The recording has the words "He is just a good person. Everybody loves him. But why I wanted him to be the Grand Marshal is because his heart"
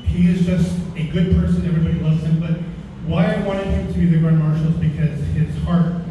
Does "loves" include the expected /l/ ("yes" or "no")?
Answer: no